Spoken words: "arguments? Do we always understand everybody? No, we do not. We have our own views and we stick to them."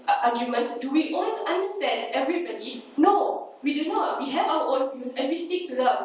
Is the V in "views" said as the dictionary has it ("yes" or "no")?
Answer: no